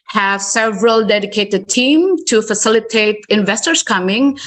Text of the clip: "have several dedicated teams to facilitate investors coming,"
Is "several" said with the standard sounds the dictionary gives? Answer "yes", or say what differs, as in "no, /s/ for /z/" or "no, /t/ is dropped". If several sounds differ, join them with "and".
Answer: yes